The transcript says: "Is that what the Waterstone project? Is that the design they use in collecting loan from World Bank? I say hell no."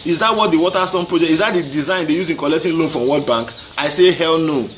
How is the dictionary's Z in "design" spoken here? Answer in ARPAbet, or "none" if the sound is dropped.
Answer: Z